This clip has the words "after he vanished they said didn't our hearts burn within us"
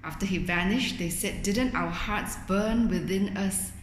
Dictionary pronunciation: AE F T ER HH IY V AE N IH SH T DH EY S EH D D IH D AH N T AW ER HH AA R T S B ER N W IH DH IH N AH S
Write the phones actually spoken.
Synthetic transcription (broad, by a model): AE F T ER HH IY V AE N IH SH T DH EY S EH D D IH D AH N T AW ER HH AA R T S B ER N W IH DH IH N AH S